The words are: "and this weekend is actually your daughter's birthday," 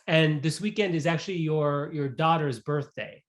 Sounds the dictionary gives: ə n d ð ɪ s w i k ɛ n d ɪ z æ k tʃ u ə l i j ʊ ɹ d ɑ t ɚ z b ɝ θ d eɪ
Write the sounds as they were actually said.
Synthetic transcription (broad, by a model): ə n ð ɪ s w i k ɛ n d ɪ z æ k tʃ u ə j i j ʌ ɹ d ɑ t ɚ z b ɝ θ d eɪ